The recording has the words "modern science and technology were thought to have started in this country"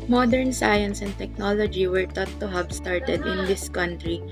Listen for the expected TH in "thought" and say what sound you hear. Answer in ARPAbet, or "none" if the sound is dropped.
T